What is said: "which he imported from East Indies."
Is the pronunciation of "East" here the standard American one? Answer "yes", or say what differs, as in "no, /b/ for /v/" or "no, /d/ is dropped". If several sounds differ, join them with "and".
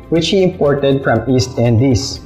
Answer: yes